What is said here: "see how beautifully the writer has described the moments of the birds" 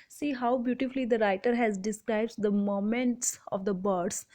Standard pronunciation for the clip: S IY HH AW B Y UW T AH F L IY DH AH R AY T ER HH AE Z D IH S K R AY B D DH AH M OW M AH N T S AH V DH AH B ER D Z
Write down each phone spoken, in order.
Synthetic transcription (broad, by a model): S IY HH AW B Y UW T AH F L IY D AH R AY T ER HH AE Z D IH S K R AY B D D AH M OW M AH N T S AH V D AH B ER D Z